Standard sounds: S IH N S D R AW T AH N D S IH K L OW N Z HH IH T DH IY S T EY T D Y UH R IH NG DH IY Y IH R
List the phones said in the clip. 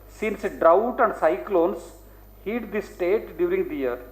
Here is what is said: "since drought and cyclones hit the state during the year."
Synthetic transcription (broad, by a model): S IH N S D R AW T AH N D S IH K L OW N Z HH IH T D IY S T EY T D Y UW R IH NG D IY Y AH R